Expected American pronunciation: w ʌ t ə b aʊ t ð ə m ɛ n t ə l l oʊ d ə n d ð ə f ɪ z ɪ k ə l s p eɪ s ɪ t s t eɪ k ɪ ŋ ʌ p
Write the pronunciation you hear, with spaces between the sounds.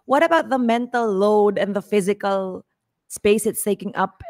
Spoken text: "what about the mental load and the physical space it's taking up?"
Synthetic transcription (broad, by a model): w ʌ t ə b aʊ t ð ə m ɛ n t ə l l oʊ d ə n ð ə f ɪ z ɪ k ə l s p eɪ s ɪ t s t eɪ k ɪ ŋ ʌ p